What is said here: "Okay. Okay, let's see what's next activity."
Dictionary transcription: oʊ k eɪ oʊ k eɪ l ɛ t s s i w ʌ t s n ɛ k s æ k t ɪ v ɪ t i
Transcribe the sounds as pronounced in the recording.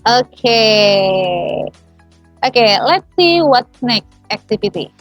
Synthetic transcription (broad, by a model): oʊ k eɪ oʊ k eɪ l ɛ t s s i w ʌ t s n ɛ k æ k t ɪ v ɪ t i